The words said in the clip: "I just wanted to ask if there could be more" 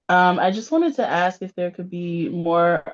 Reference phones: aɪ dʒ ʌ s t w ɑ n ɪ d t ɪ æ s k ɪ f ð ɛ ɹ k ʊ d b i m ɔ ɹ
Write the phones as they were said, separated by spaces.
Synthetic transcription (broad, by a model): aɪ dʒ ʌ s t w ɑ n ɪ d t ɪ æ s k ɪ f ð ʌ ɹ k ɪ d b i m ɔ ɹ